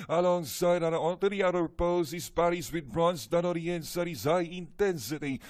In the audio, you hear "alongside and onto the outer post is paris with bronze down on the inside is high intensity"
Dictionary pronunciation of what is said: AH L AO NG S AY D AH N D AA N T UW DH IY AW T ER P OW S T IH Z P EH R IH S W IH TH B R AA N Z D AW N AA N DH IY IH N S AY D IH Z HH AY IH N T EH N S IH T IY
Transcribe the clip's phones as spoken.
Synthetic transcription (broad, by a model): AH L AO NG S AY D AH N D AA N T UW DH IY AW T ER P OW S IH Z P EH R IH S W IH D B R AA N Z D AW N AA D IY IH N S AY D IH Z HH AY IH N T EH N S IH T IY